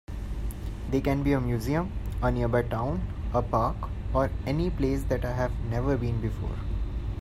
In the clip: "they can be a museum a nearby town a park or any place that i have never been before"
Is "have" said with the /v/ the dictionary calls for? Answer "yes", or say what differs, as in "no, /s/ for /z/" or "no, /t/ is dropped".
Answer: yes